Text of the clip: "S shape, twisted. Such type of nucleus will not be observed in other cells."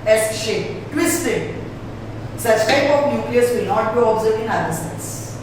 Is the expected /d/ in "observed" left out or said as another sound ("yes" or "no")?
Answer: yes